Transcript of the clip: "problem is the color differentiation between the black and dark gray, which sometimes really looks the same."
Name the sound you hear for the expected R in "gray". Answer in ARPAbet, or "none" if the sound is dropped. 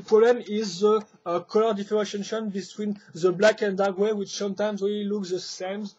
W